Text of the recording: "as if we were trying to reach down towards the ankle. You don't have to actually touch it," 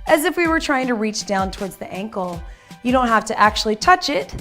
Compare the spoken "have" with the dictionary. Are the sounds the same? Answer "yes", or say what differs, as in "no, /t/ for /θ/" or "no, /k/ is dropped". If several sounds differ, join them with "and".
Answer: no, /f/ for /v/